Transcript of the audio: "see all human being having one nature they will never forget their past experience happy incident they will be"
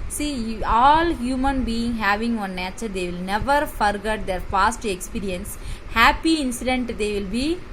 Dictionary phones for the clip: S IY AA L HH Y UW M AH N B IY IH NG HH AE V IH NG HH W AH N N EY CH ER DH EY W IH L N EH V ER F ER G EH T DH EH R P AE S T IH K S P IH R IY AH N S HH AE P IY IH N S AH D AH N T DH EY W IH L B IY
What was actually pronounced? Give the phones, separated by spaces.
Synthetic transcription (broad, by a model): S IY AA L HH Y UW M AH N B IY IH NG HH AE V IH NG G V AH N N EY CH ER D EY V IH L N EH V ER F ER G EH T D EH R F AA S T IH K S P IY R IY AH N S HH AE P IY IH N S AH D AH N T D EY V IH L B IY